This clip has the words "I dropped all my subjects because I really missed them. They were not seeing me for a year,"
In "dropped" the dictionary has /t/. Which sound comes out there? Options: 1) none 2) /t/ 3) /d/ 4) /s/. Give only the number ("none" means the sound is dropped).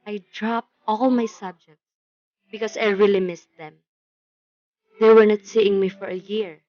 2